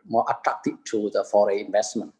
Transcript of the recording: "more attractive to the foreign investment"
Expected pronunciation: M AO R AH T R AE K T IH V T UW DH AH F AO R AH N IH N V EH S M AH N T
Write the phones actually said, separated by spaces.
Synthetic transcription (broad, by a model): M AO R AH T R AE K T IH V T UW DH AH F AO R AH IH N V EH S M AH N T